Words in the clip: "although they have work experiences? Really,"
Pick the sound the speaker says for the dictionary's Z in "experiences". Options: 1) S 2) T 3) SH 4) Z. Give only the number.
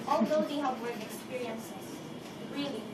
1